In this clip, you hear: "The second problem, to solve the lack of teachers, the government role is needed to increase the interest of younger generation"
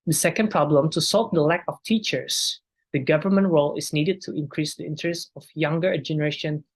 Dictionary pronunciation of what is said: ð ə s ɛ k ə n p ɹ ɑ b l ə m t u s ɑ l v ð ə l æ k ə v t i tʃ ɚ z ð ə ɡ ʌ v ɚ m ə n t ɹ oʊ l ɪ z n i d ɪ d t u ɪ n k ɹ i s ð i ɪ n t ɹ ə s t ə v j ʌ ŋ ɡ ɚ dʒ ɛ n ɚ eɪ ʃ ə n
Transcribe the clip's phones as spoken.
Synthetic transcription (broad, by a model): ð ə s ɛ k ə n p ɹ ɑ b l ə m t u s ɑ l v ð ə l æ k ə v t i tʃ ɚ s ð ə ɡ ʌ v ɚ m ə n t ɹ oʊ l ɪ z n i d ɪ d t u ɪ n k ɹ i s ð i ɪ n t ɹ ə s t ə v j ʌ ŋ ɡ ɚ dʒ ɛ n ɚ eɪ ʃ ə n